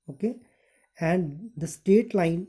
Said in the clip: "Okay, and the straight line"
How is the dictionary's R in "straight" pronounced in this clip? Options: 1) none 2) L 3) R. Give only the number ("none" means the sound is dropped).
1